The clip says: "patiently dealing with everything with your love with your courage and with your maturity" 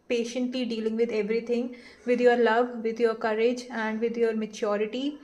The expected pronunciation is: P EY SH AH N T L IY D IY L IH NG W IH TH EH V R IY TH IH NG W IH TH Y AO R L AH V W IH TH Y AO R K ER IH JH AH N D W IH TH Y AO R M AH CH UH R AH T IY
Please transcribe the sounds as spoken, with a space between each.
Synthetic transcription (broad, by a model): P EY SH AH N T L IY D IY L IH NG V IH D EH V R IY T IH NG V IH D Y AO R L AH V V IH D Y AO R K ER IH JH AH N D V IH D Y AO R M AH CH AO R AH T IY